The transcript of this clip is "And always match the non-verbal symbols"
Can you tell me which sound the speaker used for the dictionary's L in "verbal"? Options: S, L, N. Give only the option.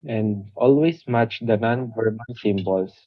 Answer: N